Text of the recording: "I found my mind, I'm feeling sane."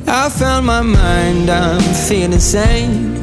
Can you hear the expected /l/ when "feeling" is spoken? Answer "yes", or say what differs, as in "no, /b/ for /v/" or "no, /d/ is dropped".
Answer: no, /l/ is dropped